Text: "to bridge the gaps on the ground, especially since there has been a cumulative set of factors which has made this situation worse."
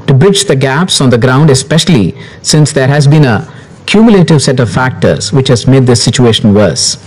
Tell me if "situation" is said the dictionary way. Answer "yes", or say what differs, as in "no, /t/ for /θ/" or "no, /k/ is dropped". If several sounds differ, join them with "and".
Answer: yes